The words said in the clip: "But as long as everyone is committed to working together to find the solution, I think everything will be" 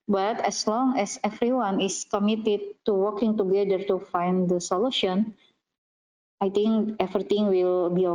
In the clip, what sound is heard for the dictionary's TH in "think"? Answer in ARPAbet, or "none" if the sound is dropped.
T